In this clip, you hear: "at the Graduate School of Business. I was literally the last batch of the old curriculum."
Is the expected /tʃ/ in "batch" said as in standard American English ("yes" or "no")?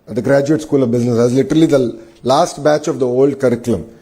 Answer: yes